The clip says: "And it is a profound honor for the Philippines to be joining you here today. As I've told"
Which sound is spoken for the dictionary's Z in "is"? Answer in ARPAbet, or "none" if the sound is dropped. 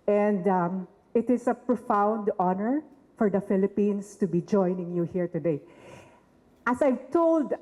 S